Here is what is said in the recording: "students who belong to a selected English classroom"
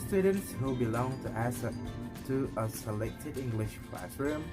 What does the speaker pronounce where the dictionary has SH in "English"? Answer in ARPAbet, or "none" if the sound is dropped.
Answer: SH